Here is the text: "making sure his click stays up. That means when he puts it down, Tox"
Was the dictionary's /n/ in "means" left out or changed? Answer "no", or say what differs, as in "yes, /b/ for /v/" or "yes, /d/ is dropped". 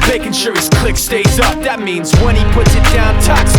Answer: no